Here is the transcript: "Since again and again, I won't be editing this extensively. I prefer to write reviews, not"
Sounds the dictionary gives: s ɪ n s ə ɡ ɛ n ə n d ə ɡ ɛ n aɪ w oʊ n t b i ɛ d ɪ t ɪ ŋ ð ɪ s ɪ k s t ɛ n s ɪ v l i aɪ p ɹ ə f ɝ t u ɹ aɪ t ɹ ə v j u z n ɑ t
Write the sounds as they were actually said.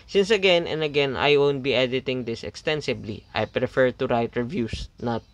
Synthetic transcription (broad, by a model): s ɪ n s ə ɡ ɛ n ə n d ə ɡ ɛ n aɪ w oʊ n t b i ɛ d ɪ t ɪ ŋ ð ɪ s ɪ k s t ɛ n s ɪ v l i aɪ p ɹ ə f ɝ t u ɹ aɪ t ɹ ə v j u s n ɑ t